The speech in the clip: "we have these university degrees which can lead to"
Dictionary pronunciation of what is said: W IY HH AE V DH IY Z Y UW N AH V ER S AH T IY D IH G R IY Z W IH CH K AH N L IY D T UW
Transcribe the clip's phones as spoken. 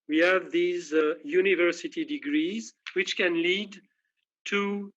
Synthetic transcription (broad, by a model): W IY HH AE V DH IY Z Y UW N AH V ER S AH T IY D IH G R IY Z W IH CH K AH N L IY D T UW